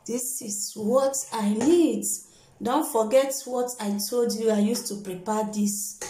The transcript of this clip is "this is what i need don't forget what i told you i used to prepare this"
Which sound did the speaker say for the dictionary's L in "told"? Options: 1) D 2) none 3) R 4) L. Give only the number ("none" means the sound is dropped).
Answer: 4